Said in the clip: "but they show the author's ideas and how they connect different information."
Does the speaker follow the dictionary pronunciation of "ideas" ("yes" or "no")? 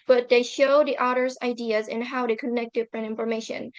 yes